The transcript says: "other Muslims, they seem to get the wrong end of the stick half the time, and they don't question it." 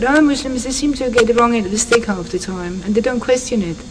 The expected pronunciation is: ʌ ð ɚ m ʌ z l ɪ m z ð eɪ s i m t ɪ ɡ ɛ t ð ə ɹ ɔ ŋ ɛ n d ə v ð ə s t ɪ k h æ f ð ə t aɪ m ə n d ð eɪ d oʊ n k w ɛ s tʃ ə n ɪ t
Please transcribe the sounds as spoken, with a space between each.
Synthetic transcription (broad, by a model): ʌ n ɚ m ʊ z l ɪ m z ð eɪ s i m t ɪ ɡ ɛ t ð ə ɹ ɔ ŋ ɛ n ə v ð ə s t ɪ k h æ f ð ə t aɪ m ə n ð eɪ d oʊ n k w ɛ s tʃ ə n ɪ t